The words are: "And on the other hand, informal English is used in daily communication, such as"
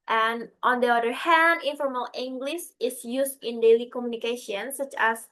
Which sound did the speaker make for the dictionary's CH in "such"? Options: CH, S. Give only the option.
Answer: CH